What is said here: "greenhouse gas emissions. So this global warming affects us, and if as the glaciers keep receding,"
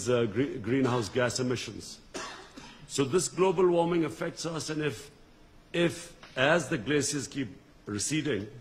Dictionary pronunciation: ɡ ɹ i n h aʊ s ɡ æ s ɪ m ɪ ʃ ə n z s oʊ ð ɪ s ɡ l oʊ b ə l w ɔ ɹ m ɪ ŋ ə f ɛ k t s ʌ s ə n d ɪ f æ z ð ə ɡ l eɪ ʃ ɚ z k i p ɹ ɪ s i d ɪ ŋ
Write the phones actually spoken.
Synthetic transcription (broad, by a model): ɡ ɹ i n h aʊ s ɡ æ s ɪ m ɪ ʃ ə n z s oʊ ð ɪ s ɡ l oʊ b ə l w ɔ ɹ m ɪ ŋ ə f ɛ k t s ʌ s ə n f ɪ f æ z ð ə ɡ l eɪ s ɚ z k i p ɹ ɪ s i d ɪ ŋ